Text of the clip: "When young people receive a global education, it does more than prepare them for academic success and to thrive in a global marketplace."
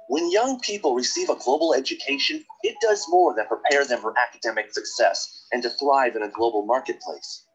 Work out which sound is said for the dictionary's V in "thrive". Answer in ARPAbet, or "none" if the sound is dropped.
V